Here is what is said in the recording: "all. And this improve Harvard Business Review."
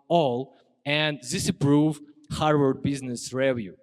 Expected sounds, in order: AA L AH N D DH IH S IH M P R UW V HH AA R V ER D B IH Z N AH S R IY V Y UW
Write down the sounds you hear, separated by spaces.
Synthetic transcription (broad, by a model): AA L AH N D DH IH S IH P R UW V HH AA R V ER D B IH Z N AH S R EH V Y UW